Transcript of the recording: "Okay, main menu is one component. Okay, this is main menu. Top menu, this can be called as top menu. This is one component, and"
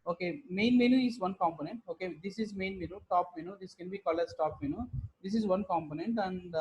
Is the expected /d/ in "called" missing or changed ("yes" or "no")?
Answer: yes